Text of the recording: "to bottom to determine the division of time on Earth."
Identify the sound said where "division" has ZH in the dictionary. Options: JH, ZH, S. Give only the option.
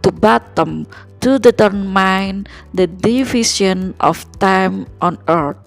S